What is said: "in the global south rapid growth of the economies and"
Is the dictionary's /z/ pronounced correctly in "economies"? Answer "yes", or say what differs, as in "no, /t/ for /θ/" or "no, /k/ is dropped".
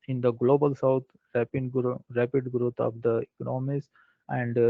no, /s/ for /z/